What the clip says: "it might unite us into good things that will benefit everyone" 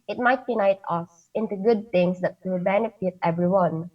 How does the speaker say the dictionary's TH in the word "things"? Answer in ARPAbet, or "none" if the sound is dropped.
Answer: T